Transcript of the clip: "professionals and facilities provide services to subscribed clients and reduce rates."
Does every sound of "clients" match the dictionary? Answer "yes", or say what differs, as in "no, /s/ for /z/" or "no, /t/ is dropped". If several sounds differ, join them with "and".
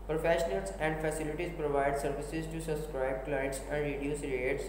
no, /n/ is dropped